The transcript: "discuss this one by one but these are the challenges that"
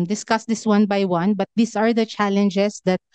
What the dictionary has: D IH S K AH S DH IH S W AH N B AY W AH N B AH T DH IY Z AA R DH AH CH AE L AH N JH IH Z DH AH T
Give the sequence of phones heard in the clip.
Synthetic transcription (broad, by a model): D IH S K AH S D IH S W AH N B AY W AH N B AH T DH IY S AA R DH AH CH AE L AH N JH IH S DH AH T